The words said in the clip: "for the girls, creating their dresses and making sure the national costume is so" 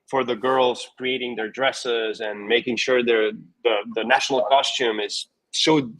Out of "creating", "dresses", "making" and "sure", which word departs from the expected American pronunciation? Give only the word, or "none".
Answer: none